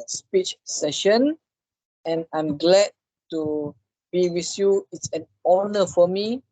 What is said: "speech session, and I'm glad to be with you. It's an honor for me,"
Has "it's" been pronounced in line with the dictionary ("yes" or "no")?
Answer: yes